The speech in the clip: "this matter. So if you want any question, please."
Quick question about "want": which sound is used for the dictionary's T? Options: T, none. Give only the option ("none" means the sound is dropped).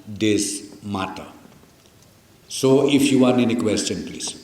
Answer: none